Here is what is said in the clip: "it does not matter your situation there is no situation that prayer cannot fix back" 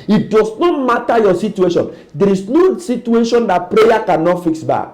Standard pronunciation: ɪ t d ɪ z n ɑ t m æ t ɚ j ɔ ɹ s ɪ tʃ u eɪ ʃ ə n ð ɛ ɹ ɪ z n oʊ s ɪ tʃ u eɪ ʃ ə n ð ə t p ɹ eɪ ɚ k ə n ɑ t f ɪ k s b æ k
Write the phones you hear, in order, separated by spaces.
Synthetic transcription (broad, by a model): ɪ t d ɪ s n ɑ t m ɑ t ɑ j ɔ s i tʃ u eɪ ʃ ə n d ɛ ɹ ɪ s n oʊ s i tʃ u eɪ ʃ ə n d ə t p ɹ eɪ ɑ k ə n ɑ t f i k s b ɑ k